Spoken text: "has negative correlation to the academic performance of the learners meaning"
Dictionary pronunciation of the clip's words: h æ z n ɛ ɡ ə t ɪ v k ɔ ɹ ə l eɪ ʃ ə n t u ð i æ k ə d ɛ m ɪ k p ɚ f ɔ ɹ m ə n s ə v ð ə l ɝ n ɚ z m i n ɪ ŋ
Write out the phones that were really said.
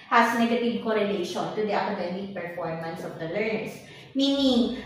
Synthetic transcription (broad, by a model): h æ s n ɛ ɡ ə t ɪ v k ɔ ɹ ə l eɪ ʃ ə n t u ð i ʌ k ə d ɛ m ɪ k p ɚ f ɔ ɹ m ə n s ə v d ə l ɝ n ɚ s m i n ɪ ŋ